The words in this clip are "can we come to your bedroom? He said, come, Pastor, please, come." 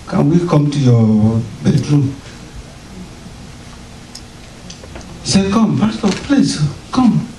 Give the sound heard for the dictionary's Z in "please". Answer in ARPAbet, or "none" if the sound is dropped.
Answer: S